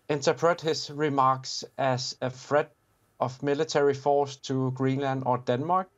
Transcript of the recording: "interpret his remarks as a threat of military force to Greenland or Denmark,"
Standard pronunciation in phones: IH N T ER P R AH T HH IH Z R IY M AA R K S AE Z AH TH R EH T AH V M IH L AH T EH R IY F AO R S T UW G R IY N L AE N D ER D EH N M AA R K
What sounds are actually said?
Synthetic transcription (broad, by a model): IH N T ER P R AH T HH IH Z R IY M AA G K S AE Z AH F R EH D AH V M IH L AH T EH R IY F AO S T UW G R IY N L AE N D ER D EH N M AA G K